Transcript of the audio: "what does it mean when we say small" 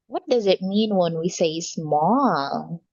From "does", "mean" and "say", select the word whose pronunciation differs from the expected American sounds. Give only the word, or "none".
none